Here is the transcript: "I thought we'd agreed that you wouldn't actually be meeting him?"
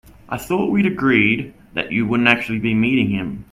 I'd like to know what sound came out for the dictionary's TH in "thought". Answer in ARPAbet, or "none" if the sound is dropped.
TH